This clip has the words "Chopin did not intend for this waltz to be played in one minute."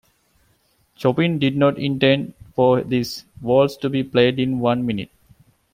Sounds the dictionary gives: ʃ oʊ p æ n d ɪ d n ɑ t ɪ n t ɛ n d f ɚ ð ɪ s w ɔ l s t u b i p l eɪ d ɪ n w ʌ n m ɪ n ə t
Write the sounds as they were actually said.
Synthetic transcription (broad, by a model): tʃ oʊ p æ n d ɪ d n ɑ t ɪ n t ɛ n d f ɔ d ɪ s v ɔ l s t u b i p l eɪ d ɪ n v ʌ n m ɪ n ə t